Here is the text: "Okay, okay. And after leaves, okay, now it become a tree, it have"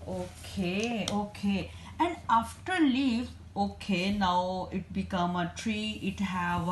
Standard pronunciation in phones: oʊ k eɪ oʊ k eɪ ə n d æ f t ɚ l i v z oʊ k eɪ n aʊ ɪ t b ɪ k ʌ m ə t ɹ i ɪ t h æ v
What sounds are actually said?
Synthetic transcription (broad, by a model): oʊ k eɪ oʊ k eɪ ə n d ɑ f t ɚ l i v oʊ k eɪ n aʊ ɪ t b ɪ k ʌ m ə t ɹ i ɪ t h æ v